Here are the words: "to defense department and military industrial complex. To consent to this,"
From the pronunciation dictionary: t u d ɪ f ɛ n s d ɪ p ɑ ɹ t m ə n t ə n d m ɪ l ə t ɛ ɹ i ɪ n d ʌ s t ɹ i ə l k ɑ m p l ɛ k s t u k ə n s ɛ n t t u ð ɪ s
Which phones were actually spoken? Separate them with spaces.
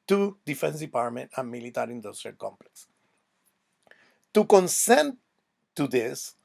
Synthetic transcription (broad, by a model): t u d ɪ f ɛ n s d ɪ p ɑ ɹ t m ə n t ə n m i l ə t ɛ ɹ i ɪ n d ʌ s t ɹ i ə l k ɑ m p l ɛ k s t u k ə n s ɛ n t t u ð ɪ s